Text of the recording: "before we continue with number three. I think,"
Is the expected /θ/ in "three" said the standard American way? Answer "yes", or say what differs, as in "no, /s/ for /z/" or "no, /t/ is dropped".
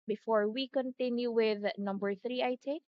yes